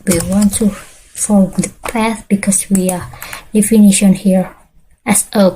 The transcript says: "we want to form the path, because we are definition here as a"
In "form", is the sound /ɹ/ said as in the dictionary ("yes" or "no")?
no